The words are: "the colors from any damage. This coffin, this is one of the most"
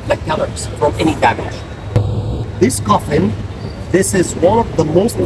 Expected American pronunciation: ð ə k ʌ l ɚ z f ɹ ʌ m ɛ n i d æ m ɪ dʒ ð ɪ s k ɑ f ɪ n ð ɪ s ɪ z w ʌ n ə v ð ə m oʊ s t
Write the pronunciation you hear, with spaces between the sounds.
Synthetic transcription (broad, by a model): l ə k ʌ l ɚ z f ɹ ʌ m ɛ n i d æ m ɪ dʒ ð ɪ s k ɑ f ɪ n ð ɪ s ɪ z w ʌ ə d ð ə m oʊ s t